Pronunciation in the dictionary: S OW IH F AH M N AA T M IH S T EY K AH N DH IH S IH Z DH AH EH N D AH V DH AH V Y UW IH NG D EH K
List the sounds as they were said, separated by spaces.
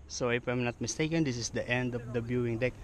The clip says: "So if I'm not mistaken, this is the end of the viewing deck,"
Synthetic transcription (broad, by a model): S OW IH P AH M N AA T M IH S T EY K AH N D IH S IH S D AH EH N D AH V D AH B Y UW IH NG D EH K